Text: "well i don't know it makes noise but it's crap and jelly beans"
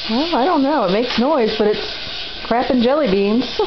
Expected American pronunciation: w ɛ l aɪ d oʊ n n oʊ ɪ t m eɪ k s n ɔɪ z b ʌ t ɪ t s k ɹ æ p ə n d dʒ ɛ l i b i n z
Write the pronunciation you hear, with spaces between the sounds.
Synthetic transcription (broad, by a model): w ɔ aɪ d oʊ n n oʊ ɪ t m eɪ k s n ɔɪ z b ʌ t ɪ t s k ɹ æ p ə n dʒ ɛ l i b i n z